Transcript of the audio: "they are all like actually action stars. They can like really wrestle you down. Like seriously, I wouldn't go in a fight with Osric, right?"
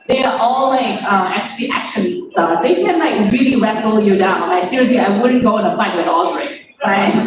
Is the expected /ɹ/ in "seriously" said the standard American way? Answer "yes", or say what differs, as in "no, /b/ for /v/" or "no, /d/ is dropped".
yes